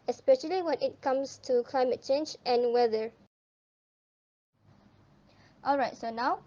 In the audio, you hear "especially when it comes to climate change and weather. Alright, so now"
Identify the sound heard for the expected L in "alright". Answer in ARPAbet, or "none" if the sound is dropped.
L